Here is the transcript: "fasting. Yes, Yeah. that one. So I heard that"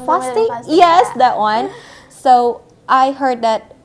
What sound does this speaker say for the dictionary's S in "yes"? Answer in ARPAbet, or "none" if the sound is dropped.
S